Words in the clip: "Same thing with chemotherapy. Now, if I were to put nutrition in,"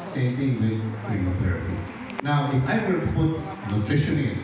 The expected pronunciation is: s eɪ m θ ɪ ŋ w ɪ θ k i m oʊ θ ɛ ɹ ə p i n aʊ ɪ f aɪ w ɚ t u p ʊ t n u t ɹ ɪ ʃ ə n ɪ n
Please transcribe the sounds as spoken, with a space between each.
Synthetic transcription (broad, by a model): s eɪ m t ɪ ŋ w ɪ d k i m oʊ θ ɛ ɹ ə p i n aʊ ɪ f aɪ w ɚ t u p ʊ t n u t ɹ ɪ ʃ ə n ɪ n